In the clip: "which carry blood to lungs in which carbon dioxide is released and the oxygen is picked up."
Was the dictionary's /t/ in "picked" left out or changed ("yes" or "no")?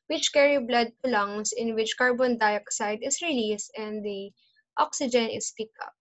yes